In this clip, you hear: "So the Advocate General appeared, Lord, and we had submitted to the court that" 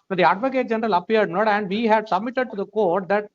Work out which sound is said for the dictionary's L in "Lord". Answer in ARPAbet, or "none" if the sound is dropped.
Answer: N